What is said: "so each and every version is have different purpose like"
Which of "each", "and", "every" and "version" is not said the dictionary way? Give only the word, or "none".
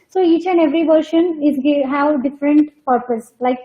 version